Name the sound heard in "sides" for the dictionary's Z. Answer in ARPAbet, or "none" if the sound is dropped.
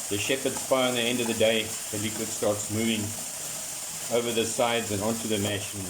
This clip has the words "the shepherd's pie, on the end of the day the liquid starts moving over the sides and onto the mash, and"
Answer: Z